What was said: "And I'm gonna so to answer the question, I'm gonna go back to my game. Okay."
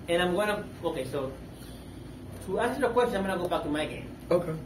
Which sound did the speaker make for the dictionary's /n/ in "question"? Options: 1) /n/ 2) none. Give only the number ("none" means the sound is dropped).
2